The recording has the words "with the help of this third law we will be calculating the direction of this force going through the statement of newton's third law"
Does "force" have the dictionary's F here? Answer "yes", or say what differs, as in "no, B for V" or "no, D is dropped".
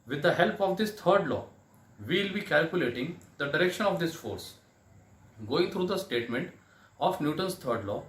yes